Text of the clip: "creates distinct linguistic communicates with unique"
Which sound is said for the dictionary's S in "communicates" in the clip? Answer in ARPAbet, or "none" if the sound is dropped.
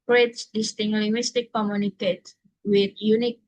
none